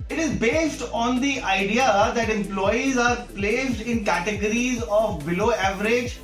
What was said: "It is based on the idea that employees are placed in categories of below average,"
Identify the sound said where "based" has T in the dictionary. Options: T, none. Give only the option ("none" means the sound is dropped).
T